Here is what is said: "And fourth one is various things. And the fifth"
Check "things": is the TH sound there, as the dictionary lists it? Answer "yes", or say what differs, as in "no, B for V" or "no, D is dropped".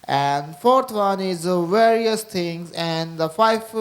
no, T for TH